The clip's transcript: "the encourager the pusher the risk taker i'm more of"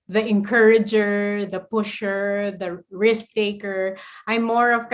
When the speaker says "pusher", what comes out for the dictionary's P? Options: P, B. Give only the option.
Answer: P